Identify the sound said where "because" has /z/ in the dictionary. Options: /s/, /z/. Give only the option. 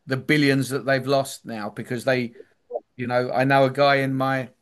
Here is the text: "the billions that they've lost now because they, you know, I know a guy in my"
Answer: /z/